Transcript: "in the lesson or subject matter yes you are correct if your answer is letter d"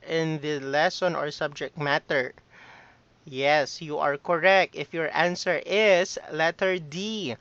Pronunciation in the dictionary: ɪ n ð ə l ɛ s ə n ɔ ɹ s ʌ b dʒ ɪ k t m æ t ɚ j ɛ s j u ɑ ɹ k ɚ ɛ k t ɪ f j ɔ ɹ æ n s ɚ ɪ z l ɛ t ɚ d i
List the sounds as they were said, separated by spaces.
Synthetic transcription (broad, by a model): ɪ n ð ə l ɛ s ə n ɔ ɹ s ʌ b dʒ ɪ k t m æ t ɚ j ɛ s j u ɑ ɹ k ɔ ɛ k t ɪ f j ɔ ɹ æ n s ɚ ɪ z l ɛ t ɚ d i